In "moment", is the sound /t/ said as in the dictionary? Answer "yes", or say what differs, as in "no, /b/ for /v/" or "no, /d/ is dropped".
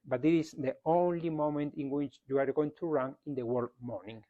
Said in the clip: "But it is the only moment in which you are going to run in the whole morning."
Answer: yes